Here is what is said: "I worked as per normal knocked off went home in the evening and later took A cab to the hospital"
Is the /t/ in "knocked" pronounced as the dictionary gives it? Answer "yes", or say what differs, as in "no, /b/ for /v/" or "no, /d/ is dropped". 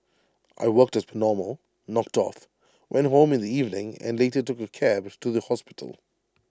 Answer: yes